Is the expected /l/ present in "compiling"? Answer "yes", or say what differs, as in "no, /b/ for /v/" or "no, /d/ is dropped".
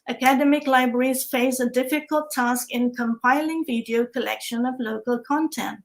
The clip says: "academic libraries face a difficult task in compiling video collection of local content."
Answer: yes